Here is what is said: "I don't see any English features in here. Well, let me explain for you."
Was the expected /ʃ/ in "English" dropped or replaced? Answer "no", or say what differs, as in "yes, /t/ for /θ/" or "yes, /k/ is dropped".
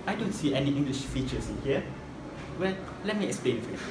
no